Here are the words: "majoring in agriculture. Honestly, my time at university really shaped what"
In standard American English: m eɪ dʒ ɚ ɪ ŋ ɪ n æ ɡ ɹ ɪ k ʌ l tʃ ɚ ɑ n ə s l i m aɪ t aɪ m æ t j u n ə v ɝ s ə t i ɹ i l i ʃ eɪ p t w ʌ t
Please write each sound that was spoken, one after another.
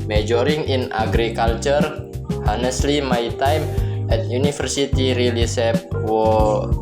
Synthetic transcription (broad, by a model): m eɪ dʒ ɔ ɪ ŋ ɪ n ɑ ɡ ɹ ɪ k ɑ l tʃ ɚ ɑ n ə s l i m aɪ t aɪ m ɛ t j u n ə f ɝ s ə t i ɹ i l i s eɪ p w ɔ